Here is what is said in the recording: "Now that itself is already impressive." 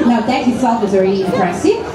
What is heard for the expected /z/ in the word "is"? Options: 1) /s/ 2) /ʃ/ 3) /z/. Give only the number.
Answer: 3